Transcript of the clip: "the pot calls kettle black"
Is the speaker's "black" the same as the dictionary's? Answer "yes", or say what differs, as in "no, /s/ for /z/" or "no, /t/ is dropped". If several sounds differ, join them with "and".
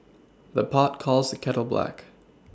yes